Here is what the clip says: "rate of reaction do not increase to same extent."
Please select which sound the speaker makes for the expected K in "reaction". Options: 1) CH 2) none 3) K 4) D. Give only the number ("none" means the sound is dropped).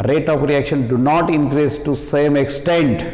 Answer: 3